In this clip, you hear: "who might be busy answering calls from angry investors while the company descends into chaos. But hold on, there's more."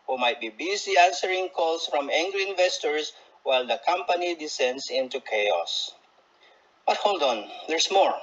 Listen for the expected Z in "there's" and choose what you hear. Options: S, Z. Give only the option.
S